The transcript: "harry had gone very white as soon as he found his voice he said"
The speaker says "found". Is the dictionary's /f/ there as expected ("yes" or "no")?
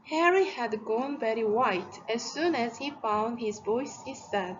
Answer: yes